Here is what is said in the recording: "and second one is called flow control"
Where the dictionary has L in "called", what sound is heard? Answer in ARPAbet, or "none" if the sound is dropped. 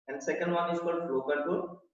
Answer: none